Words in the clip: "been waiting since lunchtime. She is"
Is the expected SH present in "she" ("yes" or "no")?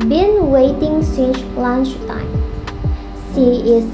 no